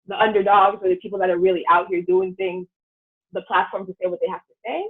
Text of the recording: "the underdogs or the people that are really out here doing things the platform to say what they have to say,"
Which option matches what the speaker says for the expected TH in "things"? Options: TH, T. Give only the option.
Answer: TH